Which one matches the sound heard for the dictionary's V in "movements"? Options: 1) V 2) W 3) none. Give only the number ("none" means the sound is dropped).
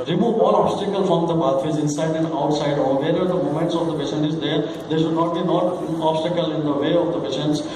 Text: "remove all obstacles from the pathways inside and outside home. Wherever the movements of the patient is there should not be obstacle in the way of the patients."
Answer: 3